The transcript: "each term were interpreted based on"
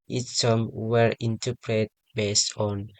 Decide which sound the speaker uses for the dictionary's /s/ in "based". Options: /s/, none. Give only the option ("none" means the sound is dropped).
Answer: /s/